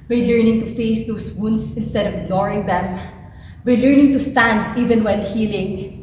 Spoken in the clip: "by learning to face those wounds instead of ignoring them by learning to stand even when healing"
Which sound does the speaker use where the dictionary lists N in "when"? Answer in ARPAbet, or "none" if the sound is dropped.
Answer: L